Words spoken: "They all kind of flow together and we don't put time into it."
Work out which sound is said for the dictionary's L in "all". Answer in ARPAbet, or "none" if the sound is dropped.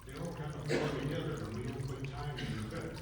N